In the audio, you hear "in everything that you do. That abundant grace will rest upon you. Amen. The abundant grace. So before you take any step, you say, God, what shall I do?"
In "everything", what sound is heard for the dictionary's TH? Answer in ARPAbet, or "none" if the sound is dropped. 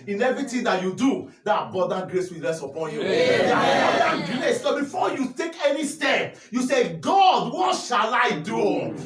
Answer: T